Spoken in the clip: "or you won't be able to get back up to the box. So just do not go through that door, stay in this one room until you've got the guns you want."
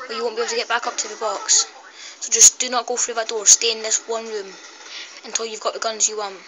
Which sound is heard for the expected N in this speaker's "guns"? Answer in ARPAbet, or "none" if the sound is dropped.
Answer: N